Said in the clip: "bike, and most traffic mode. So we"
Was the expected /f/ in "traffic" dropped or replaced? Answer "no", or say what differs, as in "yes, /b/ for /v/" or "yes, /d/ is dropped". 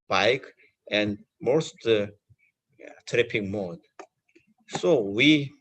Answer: yes, /p/ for /f/